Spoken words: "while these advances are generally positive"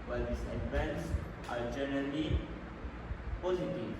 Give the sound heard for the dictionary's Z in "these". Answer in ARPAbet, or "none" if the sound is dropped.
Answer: S